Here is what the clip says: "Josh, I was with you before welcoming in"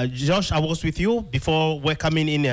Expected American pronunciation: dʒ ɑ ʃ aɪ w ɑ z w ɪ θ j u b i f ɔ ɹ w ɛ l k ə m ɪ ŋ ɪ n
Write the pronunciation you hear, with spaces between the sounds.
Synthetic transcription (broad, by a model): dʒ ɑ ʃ aɪ w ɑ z w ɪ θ j u b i f ɔ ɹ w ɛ k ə m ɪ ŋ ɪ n